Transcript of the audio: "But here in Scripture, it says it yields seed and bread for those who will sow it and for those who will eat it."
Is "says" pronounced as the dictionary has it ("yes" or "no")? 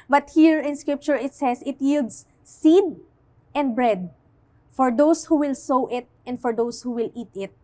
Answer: no